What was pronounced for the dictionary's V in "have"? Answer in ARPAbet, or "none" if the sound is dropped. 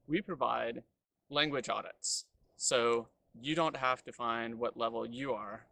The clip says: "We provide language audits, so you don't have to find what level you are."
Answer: F